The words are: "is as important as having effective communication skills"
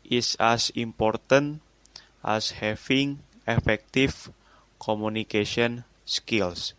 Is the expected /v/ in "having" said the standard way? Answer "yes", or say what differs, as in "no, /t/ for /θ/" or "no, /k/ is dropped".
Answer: no, /f/ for /v/